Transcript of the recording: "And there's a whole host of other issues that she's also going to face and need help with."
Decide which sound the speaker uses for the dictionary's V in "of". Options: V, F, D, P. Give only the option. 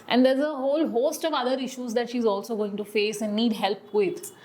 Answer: V